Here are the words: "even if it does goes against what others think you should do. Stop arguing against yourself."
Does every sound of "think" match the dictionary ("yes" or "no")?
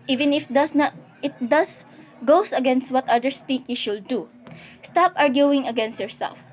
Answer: no